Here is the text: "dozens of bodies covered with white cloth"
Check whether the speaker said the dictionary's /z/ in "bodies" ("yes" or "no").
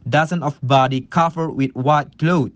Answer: no